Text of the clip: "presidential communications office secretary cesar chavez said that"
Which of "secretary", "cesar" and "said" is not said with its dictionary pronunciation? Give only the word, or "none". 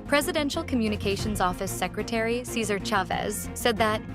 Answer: none